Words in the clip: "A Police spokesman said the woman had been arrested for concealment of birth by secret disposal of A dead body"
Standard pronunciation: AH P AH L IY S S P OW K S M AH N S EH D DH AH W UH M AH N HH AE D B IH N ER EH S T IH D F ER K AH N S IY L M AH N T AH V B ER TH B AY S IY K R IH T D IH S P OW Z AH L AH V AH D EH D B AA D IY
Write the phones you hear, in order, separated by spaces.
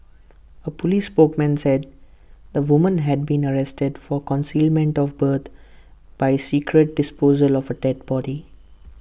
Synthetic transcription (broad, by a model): AH P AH L IY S S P OW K M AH N S EH D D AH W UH M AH N HH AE D B IH N ER EH S T IH D F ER K AH N S IY L M AH N T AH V B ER T B AY S IY K R IH T D IH S P OW Z AH L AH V AH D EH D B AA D IY